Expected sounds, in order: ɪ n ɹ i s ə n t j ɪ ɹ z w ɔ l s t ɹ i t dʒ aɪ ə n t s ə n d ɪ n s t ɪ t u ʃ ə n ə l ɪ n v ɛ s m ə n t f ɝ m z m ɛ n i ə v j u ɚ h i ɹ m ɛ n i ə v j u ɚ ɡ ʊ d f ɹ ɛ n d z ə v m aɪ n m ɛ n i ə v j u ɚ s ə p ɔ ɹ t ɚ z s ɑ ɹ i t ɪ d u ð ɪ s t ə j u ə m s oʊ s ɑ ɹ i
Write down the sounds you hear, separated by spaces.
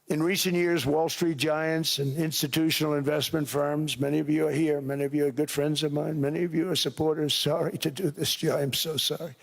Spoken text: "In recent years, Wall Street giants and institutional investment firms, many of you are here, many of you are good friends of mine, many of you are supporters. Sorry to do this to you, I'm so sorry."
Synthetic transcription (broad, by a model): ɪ n ɹ i s ə n t j ɪ ɹ z w ɔ l s t ɹ i t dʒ aɪ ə n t s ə n ɪ n s t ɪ t u ʃ n l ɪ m v ɛ s m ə n t f ɝ m z m ɛ n i ə v j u ɚ h i ɹ m ɛ n i ə v j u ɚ ɡ ʊ d f ɹ ɛ n d z ə v m aɪ n m ɛ n i ə v j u ɚ s ə p ɔ ɹ t ɚ z s ɑ ɹ i t ɪ d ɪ ð ɪ s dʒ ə ə m s oʊ s ɑ ɹ i